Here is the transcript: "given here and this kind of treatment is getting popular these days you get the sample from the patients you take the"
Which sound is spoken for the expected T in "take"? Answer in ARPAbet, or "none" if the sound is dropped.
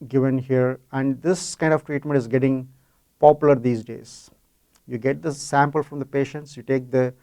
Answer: T